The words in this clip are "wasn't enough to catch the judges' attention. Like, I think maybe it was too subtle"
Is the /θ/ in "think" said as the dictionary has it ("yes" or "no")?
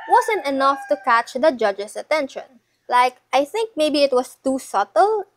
yes